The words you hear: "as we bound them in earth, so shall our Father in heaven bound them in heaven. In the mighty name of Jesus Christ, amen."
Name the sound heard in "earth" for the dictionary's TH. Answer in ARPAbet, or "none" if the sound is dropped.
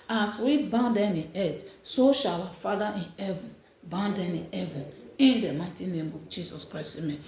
T